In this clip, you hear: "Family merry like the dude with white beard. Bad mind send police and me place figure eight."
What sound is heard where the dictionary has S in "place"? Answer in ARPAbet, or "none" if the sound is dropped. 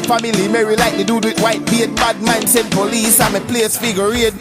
S